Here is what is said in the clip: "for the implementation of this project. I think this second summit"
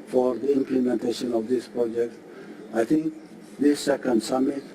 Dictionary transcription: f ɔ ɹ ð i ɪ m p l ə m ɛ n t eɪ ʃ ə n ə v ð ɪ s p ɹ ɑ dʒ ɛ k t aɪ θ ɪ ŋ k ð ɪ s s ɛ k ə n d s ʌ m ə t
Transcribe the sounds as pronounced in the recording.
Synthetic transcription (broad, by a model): f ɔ ɹ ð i ɪ m p l ə m ɛ n t eɪ ʃ ə n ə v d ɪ s p ɹ ɑ dʒ ɛ k t aɪ t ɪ ŋ k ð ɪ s s ɛ k ə n d s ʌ m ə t